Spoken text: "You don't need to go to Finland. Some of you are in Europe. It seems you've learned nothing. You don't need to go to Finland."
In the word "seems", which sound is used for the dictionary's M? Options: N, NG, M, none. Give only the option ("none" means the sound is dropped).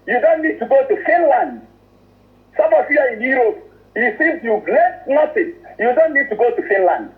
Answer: none